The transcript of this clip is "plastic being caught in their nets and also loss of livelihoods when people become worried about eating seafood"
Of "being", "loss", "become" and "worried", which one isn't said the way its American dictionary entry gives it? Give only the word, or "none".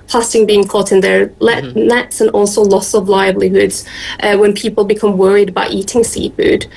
none